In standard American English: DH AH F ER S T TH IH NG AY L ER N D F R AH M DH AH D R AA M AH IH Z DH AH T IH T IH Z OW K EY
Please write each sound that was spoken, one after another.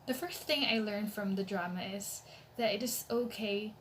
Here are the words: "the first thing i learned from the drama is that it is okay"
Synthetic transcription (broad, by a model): DH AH F ER S TH IH NG AY L ER N F R AH M DH AH D R AA M AH IH Z DH AH T IH T IH Z OW K EY